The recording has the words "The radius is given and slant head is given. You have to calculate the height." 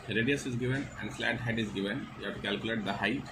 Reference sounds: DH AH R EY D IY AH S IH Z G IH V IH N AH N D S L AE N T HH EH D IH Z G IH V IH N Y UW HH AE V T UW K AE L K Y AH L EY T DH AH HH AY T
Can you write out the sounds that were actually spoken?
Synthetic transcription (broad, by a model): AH R EY D IY AH S IH Z G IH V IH N AH N D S L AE T HH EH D IH Z G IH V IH N Y UW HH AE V T UW K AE L K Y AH L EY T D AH HH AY